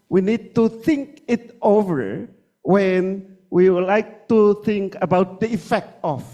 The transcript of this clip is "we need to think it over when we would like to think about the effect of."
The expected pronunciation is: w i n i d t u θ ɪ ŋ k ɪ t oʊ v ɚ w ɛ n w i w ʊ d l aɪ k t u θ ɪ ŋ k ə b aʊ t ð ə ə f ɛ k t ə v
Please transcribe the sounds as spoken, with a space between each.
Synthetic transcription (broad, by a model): w i n i d t u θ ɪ ŋ k ɪ t oʊ v ɚ w ɛ n w i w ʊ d l aɪ k t u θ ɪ ŋ k ə b aʊ t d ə ə f ɛ k t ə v